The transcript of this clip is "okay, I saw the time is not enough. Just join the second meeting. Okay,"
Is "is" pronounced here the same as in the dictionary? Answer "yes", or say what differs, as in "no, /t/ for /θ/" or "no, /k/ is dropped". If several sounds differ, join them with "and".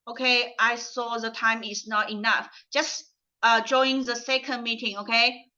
no, /s/ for /z/